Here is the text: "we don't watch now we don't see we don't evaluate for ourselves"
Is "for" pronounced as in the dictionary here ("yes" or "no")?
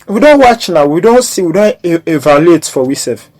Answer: no